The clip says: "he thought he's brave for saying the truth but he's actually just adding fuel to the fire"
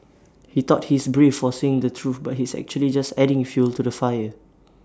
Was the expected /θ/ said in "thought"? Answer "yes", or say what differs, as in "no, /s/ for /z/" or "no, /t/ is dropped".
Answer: no, /t/ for /θ/